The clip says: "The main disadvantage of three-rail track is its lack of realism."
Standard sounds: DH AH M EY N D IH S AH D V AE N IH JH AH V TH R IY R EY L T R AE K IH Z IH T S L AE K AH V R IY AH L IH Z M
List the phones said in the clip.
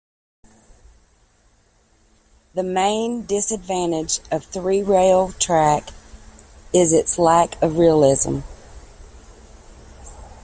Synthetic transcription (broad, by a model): DH AH M EY N D IH S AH D V AE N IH JH AH V TH R IY R EY L T R AE K IH Z IH T S L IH K AH V R IY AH L IH Z M